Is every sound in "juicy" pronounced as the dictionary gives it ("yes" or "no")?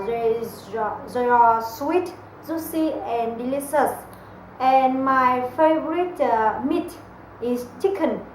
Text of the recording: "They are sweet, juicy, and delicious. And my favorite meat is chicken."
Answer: no